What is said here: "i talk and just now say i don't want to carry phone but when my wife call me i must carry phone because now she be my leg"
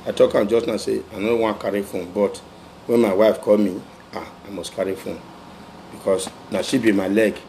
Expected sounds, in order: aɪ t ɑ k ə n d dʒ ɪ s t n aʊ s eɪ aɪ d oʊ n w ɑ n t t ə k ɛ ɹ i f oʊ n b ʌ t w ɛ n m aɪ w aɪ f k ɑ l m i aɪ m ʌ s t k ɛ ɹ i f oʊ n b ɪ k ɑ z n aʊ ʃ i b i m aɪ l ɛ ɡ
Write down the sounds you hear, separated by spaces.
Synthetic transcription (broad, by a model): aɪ t ɑ k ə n dʒ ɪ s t n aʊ s eɪ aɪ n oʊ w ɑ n k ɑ ɹ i f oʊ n b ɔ t w ɛ n m aɪ w aɪ f k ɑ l m i aɪ m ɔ s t k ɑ ɹ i f oʊ n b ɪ k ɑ s n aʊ ʃ i b i m aɪ l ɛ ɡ